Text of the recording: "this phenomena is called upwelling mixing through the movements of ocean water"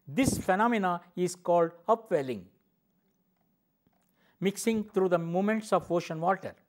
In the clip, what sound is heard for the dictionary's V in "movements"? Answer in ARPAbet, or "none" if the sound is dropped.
none